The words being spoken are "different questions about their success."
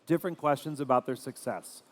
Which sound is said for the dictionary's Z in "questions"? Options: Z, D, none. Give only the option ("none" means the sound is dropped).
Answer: Z